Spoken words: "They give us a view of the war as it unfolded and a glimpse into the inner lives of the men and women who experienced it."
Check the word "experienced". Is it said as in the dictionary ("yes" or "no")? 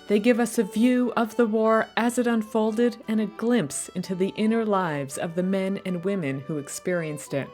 yes